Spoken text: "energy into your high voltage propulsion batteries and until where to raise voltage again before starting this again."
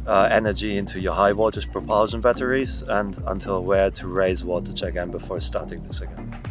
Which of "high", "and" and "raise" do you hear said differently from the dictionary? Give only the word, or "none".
none